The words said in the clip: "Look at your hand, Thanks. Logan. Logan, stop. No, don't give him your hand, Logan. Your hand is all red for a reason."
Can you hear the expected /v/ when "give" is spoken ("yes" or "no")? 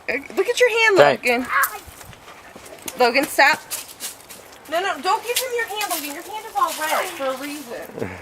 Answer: no